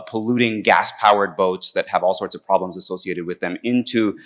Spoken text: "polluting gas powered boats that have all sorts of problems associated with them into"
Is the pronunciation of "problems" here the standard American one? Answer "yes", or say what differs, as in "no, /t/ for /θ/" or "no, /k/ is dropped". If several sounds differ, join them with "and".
yes